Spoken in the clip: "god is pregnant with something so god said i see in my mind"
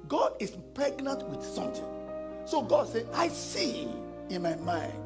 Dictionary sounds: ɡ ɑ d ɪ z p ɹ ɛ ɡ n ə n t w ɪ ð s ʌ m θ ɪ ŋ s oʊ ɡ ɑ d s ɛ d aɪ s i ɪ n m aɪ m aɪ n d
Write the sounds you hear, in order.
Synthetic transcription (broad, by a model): ɡ ɑ d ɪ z p ɹ ɛ ɡ n ə n t w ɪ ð s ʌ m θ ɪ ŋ s oʊ ɡ ɑ d s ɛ aɪ s i ɪ n m aɪ m aɪ n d